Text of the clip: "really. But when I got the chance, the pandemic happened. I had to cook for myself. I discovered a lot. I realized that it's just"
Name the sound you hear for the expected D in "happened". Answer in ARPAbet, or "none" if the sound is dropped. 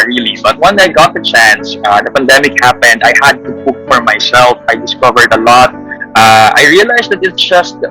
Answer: D